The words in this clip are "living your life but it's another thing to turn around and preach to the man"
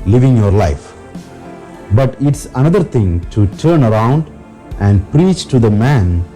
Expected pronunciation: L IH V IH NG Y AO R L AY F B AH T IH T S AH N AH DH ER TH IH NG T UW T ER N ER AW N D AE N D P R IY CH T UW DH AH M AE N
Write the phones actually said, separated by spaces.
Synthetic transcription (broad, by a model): L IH V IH NG Y AO R L AY F B AH T IH T S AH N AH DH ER T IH NG T UW T ER N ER AW N D AE N D P R IY CH T UW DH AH M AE N